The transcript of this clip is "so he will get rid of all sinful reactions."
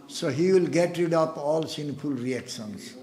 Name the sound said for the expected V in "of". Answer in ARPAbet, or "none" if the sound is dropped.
P